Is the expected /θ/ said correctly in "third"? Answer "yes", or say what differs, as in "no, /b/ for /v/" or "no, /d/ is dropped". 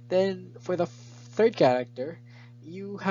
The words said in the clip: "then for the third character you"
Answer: yes